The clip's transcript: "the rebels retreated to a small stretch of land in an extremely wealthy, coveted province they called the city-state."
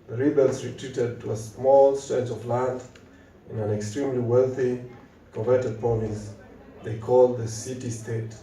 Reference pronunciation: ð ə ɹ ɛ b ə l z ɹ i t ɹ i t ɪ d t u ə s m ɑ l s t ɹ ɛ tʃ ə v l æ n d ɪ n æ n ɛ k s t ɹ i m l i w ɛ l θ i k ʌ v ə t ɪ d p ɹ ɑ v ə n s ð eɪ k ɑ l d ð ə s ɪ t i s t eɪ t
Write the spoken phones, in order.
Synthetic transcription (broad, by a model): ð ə ɹ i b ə l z ɹ i t ɹ i t ɪ d t u ə s m ɑ l s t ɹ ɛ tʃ ə v l æ n d ɪ n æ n ɛ k s t ɹ i m l i w ɛ l θ i k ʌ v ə t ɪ d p ɑ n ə s ð eɪ k ɑ l d ð ə s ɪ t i s t eɪ t